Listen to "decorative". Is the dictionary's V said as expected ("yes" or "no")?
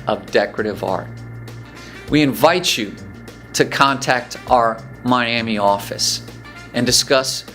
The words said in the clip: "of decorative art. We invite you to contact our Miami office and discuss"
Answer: yes